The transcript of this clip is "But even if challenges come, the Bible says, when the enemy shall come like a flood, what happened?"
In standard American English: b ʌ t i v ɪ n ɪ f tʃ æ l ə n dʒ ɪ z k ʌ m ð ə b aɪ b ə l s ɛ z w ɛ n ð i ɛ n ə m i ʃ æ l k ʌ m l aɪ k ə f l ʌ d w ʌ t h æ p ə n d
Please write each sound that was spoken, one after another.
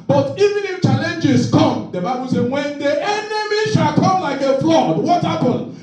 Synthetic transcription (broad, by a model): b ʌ t i v ɪ n ɪ f tʃ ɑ l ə n dʒ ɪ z k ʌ m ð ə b aɪ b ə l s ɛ w ɛ n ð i ɛ n ə m i ʃ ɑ l k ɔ m l aɪ k ə f l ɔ d w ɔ t h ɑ p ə n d